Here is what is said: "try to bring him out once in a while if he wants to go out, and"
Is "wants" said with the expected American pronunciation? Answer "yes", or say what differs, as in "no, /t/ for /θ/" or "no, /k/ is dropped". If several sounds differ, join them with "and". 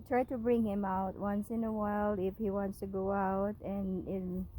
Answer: yes